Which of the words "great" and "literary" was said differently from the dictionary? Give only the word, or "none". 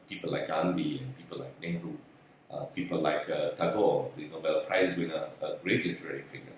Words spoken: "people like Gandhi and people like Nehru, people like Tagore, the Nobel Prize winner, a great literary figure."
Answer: none